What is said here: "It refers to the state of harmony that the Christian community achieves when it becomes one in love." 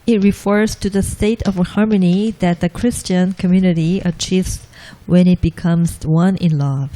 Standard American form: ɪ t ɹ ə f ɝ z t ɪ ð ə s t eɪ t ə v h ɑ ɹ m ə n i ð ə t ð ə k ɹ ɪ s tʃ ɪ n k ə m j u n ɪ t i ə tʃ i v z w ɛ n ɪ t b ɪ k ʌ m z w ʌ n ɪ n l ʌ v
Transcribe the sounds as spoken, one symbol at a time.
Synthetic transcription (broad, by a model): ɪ t ɹ ə f ɝ z t ɪ ð ə s t eɪ t ə v h ɑ ɹ m ə n i ð ə t ð ə k ɹ ɪ s tʃ ɪ n k ə m j u n ɪ t i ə tʃ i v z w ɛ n ɪ t b ɪ k ʌ m z w ʌ n ɪ n l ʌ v